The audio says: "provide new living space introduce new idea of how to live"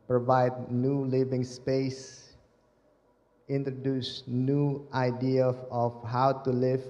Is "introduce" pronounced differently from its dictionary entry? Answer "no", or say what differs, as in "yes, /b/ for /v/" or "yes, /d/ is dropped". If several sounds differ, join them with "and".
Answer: no